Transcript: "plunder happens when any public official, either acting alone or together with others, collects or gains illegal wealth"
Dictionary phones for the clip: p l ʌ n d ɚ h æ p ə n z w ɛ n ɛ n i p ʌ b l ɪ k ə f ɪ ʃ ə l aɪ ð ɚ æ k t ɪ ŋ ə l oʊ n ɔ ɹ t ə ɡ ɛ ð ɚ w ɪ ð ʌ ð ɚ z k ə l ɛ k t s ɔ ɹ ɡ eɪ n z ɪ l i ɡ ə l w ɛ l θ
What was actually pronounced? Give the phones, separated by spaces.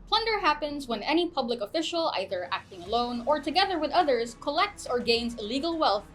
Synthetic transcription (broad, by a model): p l ʌ n d ɚ h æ p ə n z w ɛ n ɛ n i p ʌ b l ɪ k ə f ɪ ʃ ə l aɪ ð ɚ æ k t ɪ ŋ ə l oʊ n ɔ ɹ t ə ɡ ɛ ð ɚ w ɪ ð ʌ ð ɚ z k ə l ɛ k t s ɔ ɹ ɡ eɪ n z ɪ l i ɡ ə l w ɛ l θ